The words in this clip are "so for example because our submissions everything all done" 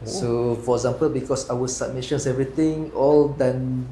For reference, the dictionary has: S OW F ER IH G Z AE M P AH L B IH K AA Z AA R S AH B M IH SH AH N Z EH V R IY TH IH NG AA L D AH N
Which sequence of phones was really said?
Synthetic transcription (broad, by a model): S OW F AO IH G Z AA M P AH L B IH K AA S AA W S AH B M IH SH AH N S EH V R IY T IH NG AA L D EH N